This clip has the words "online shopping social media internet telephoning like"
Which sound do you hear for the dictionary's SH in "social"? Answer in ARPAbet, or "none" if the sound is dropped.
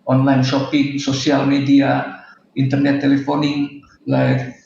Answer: S